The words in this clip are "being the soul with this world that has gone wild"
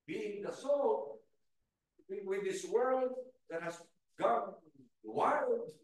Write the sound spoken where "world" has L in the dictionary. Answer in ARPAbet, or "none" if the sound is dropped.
L